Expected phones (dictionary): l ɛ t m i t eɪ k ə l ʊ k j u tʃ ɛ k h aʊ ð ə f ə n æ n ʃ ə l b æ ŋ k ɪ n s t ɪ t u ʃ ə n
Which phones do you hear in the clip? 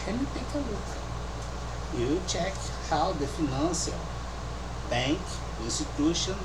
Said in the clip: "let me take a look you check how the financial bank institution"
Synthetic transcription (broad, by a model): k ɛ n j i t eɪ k ə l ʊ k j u tʃ ɛ k h aʊ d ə f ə n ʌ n s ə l b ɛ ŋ k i n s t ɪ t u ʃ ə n